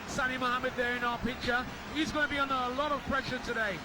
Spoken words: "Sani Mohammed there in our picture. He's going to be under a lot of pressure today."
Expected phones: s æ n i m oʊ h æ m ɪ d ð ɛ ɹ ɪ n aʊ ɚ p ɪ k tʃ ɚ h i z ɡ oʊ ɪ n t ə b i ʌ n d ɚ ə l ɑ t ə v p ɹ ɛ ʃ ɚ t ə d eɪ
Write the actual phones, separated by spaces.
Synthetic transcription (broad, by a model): s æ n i m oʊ h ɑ m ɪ d ð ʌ ɹ ɪ n aʊ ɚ p ɪ k tʃ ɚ h i z ɡ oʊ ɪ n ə b i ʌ n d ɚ ə l ɑ t ə v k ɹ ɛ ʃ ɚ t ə d eɪ